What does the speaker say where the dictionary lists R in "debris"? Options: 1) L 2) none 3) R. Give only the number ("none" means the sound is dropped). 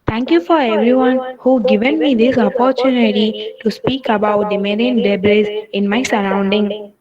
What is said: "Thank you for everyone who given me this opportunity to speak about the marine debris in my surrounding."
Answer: 1